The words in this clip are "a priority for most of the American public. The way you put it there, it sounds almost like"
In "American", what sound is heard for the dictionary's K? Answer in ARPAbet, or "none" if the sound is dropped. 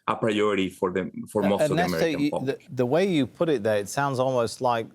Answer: none